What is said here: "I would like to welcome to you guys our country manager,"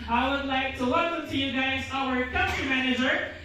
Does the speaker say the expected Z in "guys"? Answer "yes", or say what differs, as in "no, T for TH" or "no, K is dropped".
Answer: yes